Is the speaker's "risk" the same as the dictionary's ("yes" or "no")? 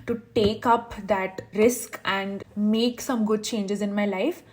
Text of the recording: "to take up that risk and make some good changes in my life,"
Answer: yes